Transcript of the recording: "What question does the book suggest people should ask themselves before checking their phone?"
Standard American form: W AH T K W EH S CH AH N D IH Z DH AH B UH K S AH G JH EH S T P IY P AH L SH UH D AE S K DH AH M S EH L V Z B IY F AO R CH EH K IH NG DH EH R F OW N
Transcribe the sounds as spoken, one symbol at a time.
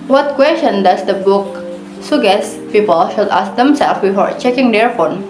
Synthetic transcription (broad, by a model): W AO T K W EH S CH AH N D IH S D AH B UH K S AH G EH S P IY P AH L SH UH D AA S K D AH M S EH L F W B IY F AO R CH EH K IH NG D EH R F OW N